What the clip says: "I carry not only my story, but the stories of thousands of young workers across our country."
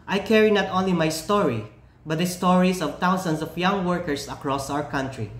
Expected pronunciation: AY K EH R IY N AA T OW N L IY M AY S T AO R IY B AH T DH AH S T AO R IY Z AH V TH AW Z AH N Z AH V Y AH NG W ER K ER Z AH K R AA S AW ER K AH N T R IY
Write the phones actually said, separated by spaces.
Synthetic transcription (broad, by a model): AY K EH R IY N AA T OW N L IY M AY S T AO R IY B AH T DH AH S T AO R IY S AH V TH AW S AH N S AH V Y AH NG W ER K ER S AH K R AA S AW ER K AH N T R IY